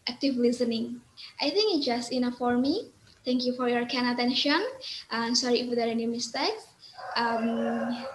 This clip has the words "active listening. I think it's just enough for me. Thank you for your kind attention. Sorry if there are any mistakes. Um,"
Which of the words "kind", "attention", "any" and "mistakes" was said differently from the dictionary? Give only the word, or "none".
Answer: kind